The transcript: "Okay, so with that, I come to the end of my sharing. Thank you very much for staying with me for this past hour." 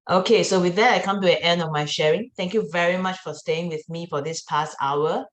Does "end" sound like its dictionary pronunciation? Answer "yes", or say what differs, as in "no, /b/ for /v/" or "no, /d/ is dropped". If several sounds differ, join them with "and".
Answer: yes